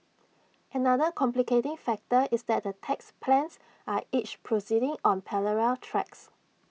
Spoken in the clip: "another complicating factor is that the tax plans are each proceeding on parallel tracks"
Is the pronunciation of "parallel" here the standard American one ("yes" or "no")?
no